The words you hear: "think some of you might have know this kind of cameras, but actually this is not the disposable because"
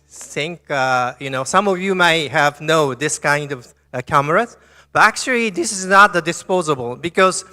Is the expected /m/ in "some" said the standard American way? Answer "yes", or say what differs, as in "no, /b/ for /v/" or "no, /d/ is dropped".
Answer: yes